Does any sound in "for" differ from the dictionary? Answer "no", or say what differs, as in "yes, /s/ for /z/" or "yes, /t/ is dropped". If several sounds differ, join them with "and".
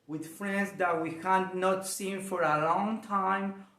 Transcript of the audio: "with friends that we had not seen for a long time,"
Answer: no